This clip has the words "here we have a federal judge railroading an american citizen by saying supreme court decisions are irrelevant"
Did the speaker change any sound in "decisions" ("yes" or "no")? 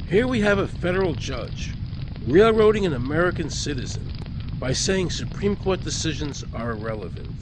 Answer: no